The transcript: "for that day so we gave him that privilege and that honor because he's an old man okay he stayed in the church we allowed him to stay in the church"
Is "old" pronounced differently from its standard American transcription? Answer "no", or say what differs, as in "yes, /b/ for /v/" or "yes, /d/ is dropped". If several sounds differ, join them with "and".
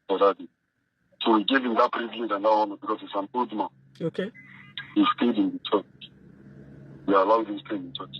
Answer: yes, /l/ is dropped